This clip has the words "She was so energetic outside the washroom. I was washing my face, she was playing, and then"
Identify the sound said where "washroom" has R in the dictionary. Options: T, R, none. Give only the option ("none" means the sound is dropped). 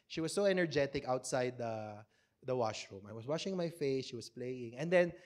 R